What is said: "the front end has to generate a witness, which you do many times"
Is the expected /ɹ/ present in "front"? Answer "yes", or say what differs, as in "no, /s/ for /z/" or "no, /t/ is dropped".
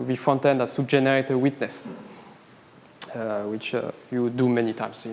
no, /ɹ/ is dropped